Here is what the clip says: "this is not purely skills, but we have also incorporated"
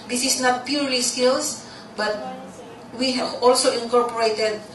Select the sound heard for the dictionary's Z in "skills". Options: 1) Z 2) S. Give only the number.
2